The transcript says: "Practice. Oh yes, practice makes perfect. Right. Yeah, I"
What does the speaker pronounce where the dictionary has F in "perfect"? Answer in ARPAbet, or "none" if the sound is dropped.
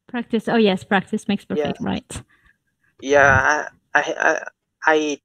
none